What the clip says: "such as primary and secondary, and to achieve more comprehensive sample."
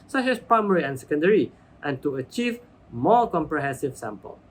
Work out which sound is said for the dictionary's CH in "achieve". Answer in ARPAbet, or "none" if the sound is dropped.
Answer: CH